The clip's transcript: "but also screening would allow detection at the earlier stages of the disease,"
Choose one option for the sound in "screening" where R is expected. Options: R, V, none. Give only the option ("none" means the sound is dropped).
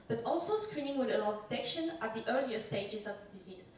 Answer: R